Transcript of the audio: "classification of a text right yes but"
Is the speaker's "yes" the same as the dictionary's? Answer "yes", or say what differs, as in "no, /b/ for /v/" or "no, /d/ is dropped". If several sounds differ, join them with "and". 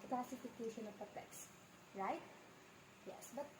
yes